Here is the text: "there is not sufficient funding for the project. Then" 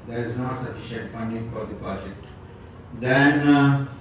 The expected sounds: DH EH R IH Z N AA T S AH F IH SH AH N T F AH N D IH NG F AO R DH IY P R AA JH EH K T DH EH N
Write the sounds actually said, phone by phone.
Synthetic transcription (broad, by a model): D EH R IH Z N AA T S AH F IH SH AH N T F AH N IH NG F AO R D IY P AA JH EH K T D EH N